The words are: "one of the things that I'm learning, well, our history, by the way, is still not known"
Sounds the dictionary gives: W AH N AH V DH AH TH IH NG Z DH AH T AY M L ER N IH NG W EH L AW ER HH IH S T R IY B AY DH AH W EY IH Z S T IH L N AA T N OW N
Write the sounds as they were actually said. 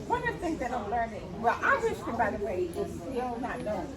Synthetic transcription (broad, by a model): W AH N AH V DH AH TH IH NG Z DH AH T AY M L ER N IH NG W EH L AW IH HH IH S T IY B AY DH AH W EY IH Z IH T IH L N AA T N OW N